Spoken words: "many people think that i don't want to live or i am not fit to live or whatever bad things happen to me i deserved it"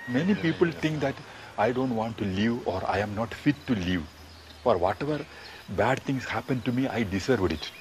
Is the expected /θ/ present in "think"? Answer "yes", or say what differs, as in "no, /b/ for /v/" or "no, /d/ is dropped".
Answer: no, /t/ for /θ/